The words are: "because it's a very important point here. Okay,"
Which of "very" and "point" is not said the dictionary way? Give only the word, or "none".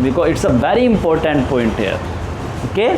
none